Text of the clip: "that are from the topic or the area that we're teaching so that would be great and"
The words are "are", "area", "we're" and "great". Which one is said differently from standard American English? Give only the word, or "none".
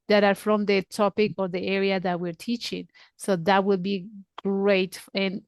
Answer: none